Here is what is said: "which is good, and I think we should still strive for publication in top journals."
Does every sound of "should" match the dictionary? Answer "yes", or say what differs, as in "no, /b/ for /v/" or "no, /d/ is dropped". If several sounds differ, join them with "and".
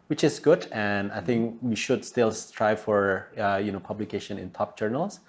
yes